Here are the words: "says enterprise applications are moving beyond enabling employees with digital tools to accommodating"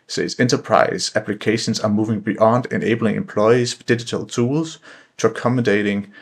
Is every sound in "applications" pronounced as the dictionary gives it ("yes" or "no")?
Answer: no